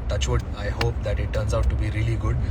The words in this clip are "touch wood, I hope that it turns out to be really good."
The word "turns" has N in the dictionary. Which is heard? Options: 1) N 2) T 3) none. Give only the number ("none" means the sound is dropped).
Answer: 1